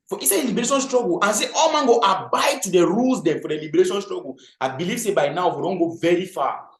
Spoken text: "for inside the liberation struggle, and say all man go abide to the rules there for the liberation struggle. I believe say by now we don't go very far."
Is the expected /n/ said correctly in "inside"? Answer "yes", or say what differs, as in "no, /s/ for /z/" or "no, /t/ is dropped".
no, /n/ is dropped